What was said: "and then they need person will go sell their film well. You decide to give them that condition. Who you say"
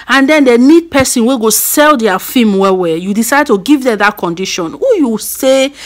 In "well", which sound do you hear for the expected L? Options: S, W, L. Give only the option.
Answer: W